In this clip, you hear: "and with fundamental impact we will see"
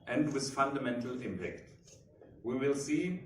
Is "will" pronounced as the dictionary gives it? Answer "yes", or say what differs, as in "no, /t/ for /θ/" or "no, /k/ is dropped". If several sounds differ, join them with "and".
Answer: yes